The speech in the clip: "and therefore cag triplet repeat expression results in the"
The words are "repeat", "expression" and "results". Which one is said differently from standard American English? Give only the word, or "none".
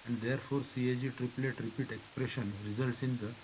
none